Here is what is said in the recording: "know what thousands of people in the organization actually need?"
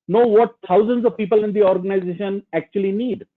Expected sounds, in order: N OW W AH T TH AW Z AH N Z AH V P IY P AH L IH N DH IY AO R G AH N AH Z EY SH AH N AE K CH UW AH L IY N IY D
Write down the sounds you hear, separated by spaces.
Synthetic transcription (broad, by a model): N OW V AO T T AW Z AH N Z AH V P IY P AH L IH N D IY AO R G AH N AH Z EY SH AH N AE K CH UW AH L IY N IY D